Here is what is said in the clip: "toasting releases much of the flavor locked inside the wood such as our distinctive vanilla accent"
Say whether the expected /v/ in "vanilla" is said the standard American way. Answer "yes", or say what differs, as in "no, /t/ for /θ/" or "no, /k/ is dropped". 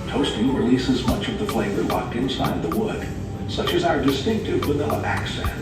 no, /w/ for /v/